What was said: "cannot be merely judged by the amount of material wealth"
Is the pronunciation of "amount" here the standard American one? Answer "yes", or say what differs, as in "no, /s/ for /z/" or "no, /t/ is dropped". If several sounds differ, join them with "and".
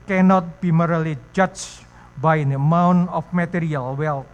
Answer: no, /t/ is dropped